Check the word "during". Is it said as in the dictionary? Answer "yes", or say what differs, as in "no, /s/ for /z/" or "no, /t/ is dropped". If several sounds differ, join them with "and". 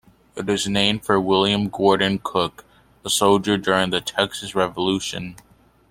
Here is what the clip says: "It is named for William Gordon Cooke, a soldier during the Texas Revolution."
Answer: yes